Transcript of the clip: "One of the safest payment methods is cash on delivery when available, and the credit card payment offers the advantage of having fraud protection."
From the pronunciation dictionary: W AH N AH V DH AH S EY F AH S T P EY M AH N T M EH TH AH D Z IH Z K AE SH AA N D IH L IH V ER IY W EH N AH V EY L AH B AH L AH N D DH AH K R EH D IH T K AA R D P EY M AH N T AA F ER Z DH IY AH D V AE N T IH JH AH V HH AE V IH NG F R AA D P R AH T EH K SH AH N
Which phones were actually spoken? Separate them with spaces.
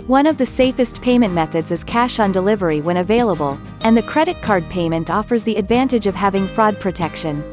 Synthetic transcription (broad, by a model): W AH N AH V DH AH S EY F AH S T P EY M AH N M EH TH AH D Z IH Z K AE SH N D IH L IH V ER IY W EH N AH V EY L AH B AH L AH N DH AH K R EH D IH T K AA R D P EY M AH N T AA F ER Z DH IY AH D V AE N T IH JH AH V HH AE V IH NG F R AA D P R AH T EH K SH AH N